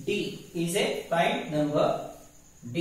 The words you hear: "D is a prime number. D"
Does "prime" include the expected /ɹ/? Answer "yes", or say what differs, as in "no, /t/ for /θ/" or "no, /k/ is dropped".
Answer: no, /ɹ/ is dropped